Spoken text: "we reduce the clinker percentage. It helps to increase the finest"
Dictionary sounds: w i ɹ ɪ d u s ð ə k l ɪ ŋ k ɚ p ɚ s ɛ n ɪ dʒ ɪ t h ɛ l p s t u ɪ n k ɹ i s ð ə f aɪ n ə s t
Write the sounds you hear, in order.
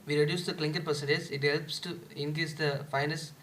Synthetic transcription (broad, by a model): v i ɹ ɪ d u s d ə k l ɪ ŋ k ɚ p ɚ s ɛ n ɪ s ɪ t h ɛ l p s t u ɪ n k ɹ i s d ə f aɪ n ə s